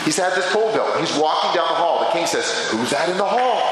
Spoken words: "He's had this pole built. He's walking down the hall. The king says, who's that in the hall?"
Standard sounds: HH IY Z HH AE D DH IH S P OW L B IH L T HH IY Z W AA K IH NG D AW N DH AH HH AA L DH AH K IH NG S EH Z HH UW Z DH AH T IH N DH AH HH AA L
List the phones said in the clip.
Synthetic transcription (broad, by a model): HH IY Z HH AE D DH IH S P OW L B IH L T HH IY Z W AA K IH NG D AW N DH AH HH AA L DH AH K IH NG S EH Z HH UW Z DH AH T IH N DH AH HH AA L